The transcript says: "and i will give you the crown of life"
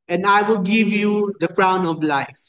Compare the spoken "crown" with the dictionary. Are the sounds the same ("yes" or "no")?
yes